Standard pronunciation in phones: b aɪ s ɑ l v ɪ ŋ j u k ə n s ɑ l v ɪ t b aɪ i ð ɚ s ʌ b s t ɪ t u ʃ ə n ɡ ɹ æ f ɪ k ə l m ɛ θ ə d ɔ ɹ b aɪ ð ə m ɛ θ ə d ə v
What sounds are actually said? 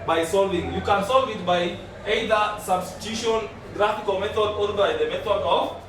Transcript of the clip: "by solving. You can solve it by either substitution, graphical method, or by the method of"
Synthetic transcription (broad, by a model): b aɪ s ɑ l v ɪ ŋ j u k ə n s ɑ l v ɪ t b aɪ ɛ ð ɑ s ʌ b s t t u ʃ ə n ɡ ɹ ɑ f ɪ k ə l m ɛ t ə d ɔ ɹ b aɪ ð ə m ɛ t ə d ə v